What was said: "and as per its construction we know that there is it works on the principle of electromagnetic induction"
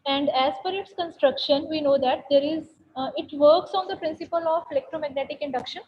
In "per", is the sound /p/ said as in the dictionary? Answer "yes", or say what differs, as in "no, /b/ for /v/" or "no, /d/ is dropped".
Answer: no, /f/ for /p/